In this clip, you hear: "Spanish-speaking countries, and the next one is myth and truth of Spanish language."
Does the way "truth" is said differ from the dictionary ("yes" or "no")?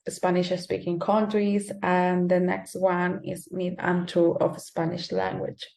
yes